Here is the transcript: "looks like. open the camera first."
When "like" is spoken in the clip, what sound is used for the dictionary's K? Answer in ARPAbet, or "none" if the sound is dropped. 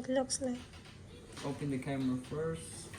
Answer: none